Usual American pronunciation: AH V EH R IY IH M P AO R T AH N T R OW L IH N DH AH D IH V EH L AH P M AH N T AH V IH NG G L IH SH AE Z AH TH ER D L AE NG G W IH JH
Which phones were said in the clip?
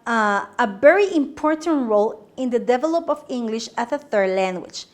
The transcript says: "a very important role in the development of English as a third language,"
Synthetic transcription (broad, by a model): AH V EH R IY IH M P AO R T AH N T R OW L IH N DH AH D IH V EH L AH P AH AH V IH NG G L IH SH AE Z AH TH ER D L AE NG G W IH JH